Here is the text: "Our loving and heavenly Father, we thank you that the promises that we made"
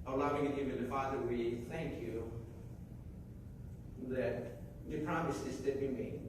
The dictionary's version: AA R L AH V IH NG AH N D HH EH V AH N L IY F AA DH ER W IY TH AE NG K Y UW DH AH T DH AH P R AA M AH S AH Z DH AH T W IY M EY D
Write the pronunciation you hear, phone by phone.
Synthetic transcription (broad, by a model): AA L AH V IH NG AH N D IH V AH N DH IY F AA DH ER W IY TH AE NG K Y UW DH AH T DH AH P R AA M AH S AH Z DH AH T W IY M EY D